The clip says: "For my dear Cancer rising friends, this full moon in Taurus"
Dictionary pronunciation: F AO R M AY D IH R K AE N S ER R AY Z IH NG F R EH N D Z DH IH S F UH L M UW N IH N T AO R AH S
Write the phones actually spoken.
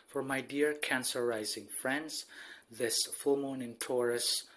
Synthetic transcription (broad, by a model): F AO R M AY D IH R K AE N S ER R AY Z IH NG F R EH N D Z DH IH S F UH L M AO N IH N T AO R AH S